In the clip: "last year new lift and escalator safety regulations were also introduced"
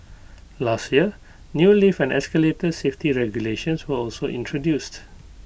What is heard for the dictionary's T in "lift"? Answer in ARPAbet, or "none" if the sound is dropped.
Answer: none